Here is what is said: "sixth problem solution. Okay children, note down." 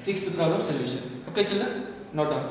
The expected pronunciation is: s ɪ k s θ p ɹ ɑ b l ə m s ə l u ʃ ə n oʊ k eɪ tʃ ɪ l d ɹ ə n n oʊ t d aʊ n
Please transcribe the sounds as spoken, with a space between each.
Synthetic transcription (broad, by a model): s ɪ k s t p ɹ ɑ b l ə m s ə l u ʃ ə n oʊ k eɪ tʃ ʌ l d ə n n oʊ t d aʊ